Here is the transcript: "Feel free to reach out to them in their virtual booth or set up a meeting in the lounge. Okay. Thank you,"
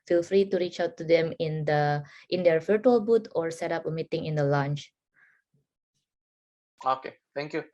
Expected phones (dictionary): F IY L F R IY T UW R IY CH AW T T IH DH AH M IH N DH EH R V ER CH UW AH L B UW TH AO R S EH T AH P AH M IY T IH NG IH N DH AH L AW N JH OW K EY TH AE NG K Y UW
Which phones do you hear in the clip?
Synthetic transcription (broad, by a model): F IY L F R IY T UW R IY CH AW T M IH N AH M IH N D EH R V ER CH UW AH L B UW T AO R S EH T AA P AH M IY T IH NG IH N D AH L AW N CH OW K EY T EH NG K Y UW